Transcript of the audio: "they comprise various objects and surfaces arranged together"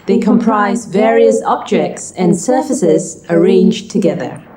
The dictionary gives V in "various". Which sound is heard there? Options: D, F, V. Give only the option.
V